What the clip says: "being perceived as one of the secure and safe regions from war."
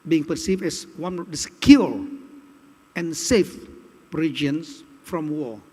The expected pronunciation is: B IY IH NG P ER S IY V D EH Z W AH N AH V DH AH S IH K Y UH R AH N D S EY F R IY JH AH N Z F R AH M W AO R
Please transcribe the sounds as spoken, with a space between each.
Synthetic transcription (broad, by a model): B IY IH NG P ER S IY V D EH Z W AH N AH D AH S K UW L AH N S EY F R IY JH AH N S F R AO M W AO